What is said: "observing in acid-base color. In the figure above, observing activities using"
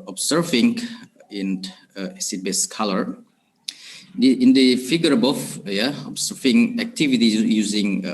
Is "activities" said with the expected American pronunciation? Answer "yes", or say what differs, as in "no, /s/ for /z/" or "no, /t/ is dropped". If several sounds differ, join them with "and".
no, /z/ is dropped